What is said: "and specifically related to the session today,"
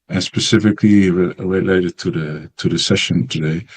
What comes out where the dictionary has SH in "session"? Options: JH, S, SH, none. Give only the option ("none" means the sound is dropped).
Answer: SH